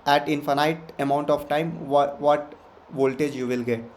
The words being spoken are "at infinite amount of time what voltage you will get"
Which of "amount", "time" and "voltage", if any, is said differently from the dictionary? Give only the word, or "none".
none